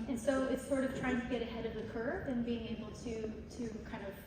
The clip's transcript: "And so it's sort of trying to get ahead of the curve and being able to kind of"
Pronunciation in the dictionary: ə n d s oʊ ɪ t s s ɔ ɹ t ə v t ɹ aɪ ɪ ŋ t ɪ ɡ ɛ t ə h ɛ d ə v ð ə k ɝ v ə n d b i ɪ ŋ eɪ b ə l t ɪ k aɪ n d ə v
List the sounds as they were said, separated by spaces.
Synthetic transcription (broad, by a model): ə n s oʊ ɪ t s s ɔ ɹ t ə v t ɹ aɪ ɪ ŋ t ɪ ɡ ɛ t ə h ɛ d ə v ð ə k ɝ p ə n b i ɪ ŋ eɪ b l t ɪ k aɪ n d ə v